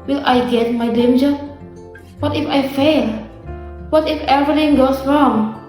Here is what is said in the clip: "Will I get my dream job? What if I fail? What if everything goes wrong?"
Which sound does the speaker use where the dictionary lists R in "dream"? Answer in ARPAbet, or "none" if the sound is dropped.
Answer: none